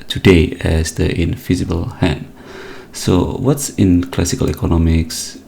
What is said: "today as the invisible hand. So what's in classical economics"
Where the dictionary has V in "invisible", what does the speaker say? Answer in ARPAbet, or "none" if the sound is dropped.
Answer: F